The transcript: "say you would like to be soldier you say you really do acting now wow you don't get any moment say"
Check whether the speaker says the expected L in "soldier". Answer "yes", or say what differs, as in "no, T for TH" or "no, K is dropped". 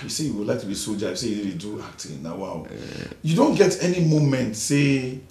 no, L is dropped